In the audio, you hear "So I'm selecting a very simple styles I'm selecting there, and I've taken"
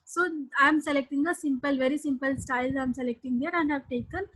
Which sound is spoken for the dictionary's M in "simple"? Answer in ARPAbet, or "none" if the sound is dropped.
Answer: M